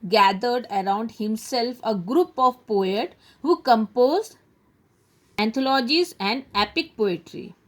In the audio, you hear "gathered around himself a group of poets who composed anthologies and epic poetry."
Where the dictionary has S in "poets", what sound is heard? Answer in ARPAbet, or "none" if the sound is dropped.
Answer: none